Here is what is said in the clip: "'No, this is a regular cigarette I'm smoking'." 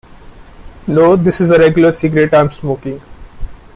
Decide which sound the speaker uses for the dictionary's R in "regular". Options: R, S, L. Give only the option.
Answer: R